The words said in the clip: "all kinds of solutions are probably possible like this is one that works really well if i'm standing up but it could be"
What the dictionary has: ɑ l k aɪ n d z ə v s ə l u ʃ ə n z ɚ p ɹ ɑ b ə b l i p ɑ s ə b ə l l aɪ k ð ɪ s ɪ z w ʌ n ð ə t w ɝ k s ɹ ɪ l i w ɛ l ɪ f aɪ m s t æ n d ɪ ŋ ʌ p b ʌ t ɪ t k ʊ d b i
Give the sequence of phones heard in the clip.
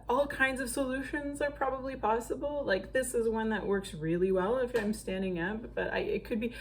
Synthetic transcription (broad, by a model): ɑ l k aɪ n d z ə v s ə l u ʃ ə n z ɚ p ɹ ɑ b ə b l i p ɑ s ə b l l aɪ k ð ɪ s ɪ z w ʌ n ð ə t w ɝ k s ɹ ɪ l i w ɛ l ɪ f aɪ m s t æ n d ɪ ŋ ʌ p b ʌ t ɪ t k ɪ d b i